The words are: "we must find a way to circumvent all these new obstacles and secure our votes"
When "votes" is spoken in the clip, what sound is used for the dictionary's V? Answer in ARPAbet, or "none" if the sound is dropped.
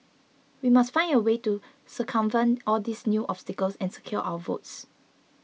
V